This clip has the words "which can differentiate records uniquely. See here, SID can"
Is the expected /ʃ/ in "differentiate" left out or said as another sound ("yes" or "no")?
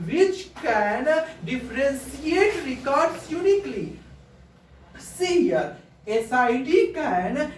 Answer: yes